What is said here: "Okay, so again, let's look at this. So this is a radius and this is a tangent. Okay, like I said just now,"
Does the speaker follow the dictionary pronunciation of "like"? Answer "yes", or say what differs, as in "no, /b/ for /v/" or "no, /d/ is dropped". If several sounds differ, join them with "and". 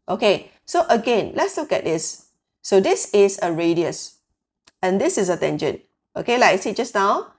no, /k/ is dropped